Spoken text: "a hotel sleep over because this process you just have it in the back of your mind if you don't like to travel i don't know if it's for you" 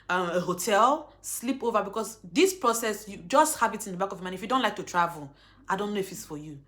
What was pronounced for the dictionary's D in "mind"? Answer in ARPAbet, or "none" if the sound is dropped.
none